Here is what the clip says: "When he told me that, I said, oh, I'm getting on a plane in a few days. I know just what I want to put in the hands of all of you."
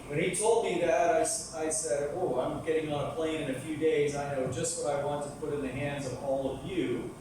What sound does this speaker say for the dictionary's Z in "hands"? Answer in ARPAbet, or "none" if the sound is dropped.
Z